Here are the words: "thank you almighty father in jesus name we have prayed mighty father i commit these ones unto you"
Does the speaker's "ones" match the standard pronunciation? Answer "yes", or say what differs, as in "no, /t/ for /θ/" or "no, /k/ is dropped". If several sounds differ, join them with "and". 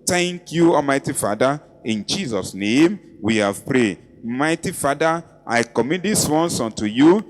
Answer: no, /s/ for /z/